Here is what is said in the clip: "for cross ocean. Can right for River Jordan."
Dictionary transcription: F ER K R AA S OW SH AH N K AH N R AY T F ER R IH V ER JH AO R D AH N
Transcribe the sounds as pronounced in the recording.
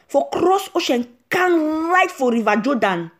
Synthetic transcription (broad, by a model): F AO K R AA S OW SH AH N K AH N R AY T F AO R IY V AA JH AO D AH N